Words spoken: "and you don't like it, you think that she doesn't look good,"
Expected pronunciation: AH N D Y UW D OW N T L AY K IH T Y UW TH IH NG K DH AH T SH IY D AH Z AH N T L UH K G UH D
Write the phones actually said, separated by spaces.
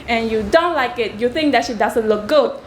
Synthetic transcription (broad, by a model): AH N Y UW D OW N T L AY K IH T Y UW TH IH NG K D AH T SH IY D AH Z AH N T L UH K G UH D